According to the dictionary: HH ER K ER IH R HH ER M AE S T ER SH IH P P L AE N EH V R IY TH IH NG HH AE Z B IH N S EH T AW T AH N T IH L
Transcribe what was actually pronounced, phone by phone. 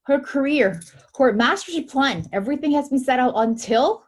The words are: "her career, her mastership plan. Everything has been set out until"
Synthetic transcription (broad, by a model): HH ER K ER IH R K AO M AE S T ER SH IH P P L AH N EH V R IY TH IH NG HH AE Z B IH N S EH T AW T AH N T IH L